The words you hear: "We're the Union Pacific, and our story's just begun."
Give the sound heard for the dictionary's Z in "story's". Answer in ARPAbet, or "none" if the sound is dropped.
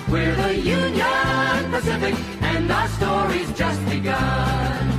Z